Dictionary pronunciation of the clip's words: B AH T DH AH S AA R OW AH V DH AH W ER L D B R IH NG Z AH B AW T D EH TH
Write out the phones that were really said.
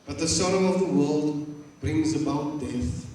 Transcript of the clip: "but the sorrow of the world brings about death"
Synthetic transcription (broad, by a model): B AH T DH AH S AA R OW AH V DH AH W ER L D B R IH NG Z AH B AW T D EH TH